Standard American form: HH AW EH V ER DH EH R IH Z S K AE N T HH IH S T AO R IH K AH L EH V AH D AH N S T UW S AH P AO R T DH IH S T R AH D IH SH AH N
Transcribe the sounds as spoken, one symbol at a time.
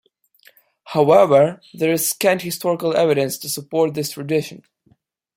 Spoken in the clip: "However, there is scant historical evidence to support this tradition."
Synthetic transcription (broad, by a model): HH AW EH V ER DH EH R IH Z S K AE N T HH IH S T AO R IH K AH L EH V AH D AH N S T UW S AH P AO R T DH IH S T R AH D IH SH AH N